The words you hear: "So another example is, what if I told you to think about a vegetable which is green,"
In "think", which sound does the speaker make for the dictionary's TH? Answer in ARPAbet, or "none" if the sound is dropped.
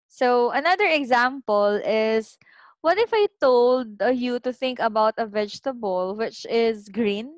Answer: TH